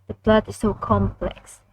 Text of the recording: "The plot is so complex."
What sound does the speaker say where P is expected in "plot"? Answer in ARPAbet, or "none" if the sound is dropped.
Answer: B